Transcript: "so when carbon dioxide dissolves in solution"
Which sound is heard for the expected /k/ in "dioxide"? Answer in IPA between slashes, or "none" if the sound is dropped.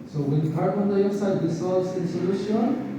none